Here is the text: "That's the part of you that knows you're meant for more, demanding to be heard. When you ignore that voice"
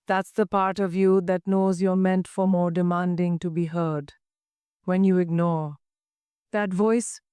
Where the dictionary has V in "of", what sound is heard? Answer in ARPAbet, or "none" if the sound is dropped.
V